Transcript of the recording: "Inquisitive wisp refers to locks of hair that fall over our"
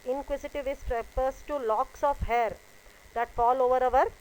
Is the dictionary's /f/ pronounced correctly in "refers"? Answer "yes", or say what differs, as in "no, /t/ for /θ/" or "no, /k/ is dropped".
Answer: no, /p/ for /f/